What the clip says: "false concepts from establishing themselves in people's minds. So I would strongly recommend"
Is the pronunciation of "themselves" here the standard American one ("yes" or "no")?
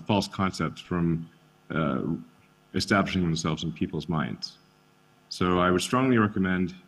yes